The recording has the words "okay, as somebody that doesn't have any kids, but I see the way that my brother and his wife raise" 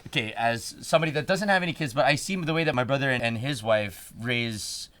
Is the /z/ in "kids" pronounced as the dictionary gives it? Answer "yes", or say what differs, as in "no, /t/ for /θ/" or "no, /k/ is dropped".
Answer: yes